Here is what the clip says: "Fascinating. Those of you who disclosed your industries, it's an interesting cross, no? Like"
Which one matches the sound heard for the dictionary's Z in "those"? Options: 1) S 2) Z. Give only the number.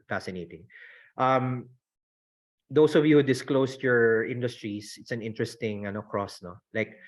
1